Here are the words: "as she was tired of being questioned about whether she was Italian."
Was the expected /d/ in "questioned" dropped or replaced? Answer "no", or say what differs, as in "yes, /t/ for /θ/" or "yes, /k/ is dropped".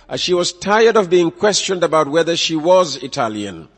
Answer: no